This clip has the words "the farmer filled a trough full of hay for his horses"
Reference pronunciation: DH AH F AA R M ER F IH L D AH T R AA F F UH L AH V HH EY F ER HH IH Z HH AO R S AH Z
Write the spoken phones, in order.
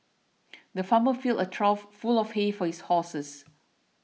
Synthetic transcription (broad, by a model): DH AH F AA M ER F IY L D AH T R AA F F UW L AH F HH EY F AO HH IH S HH AO S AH S